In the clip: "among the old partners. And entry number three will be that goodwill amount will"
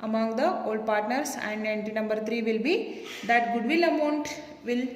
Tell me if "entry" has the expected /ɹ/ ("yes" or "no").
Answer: no